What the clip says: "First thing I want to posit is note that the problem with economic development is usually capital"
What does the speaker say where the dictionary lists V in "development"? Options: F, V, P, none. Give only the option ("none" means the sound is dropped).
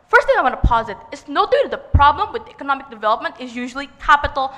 V